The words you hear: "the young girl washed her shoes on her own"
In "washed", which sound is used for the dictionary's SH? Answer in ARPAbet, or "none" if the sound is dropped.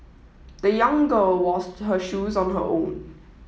S